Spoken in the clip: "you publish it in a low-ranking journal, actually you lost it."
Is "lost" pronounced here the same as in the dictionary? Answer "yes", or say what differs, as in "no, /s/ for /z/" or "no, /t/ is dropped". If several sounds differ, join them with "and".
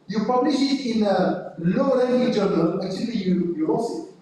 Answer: no, /t/ is dropped